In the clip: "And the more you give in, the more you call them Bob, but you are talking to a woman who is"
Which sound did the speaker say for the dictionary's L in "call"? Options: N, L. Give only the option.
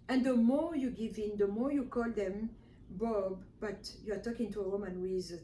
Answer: L